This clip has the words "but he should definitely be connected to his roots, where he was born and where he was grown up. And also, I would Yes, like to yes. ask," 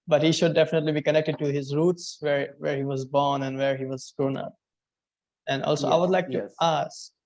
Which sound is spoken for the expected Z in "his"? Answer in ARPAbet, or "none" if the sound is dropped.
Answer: Z